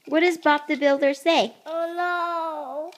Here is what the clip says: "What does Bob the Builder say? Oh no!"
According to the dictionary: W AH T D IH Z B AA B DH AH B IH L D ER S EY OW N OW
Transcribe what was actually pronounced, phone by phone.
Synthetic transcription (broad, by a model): W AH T D IH Z B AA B DH AH B IH L D ER S EY OW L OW